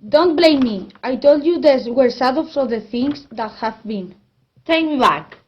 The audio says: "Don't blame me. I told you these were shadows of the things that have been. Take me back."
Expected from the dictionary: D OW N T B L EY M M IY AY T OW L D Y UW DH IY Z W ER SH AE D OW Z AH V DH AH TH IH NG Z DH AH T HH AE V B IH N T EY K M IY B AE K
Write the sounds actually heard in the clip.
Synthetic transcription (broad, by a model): D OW N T B L EY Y M IY AY T OW L D Y UW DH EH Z W ER S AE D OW S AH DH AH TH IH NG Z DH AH T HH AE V B IH N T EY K M IY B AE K